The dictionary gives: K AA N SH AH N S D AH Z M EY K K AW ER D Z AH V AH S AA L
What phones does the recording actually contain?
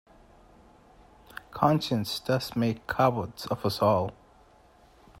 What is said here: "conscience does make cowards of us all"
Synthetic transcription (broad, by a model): K AA N SH AH N S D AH S M EY K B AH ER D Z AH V AH S AA L